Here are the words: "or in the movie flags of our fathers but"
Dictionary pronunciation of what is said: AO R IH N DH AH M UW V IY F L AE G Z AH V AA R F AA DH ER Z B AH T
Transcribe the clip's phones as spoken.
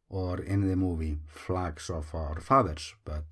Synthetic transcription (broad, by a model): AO R IH N DH AH M UW V IY F L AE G S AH F AA R F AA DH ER S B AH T